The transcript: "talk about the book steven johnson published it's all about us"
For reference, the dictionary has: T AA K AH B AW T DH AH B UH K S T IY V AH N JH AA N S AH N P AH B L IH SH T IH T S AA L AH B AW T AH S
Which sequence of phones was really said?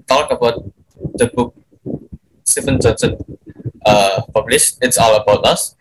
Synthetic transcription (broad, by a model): T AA K AH B AW T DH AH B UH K S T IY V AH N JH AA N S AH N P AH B L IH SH IH T S AA L AH B AW T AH S